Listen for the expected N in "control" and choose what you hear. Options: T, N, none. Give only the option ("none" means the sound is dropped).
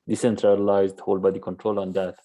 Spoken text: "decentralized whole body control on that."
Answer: N